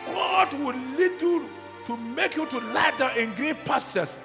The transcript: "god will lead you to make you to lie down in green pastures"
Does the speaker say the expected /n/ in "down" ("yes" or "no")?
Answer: no